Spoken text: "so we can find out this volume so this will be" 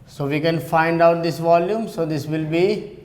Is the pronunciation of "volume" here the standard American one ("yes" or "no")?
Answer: yes